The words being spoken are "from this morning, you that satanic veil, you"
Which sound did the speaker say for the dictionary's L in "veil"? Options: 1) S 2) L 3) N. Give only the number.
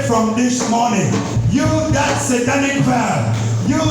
3